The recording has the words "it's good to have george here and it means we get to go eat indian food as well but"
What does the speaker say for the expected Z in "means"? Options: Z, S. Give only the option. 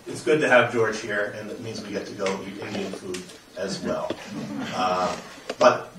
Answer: Z